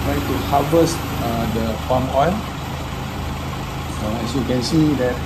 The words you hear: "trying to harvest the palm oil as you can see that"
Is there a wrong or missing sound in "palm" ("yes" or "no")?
yes